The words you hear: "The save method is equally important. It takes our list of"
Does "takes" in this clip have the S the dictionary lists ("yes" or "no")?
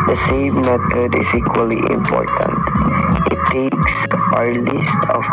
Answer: yes